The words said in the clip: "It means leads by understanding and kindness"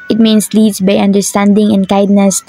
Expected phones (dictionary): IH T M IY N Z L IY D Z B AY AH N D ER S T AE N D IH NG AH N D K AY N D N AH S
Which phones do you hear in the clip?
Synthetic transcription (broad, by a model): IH T M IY N S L IY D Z B AY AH N D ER S T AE N D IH NG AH N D K AY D N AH S